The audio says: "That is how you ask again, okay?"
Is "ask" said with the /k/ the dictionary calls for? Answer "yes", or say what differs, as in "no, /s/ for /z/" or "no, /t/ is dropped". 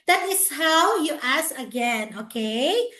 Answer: no, /k/ is dropped